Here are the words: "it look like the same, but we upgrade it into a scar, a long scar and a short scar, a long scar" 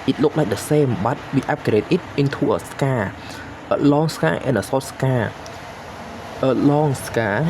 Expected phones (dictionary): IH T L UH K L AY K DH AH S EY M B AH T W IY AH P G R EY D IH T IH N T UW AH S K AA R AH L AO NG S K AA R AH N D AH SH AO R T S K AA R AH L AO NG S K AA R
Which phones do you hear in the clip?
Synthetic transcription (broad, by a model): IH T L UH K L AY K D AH S EY M B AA T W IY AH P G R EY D IH T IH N T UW AH S K AA AH L AO NG S K AA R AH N AH S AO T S K AA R AH L AO NG S K AA